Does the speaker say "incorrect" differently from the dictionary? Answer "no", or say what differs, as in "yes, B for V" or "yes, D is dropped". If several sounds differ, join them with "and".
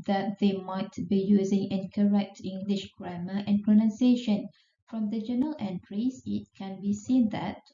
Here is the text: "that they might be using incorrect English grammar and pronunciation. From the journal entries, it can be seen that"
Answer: no